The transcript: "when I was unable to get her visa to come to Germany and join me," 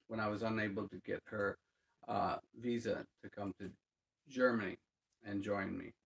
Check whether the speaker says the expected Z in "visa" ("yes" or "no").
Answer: yes